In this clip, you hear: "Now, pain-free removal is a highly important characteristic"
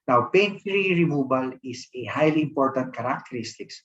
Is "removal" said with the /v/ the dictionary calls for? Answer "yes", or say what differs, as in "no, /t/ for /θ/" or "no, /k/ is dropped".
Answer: no, /b/ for /v/